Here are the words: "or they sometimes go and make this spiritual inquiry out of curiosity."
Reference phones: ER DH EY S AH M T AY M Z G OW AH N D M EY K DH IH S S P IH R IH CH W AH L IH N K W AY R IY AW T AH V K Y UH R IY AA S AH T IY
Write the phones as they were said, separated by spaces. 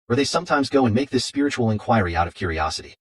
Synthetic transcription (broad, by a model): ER DH EY S AH M T AY M Z G OW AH N M EY K DH IH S S P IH R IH CH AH L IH N K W AY R IY AW T AH V K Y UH R IY AA S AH T IY